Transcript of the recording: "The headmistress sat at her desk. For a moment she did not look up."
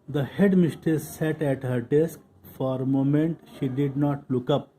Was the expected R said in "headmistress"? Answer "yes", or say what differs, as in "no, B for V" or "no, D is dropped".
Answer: no, R is dropped